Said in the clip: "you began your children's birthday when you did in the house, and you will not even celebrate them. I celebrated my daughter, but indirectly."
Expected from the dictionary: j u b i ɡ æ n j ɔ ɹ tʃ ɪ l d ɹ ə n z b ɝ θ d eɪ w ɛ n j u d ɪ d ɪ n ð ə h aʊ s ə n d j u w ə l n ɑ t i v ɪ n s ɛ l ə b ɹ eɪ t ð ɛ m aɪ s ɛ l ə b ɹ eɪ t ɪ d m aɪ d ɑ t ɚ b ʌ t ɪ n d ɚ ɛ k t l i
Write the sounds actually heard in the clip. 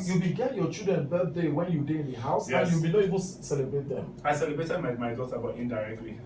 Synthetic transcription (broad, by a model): j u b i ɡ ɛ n j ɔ tʃ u d ɹ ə n b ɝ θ d eɪ w ɛ n j u d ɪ ɪ n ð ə h aʊ s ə j u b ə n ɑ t i v ɪ n s ɛ l ə b ɹ eɪ t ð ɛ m aɪ s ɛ l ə b ɹ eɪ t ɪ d m aɪ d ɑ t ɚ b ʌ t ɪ n d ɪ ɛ k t l i